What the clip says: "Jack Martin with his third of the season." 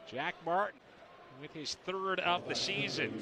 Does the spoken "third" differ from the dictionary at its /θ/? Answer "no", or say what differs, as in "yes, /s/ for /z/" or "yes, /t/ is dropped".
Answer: no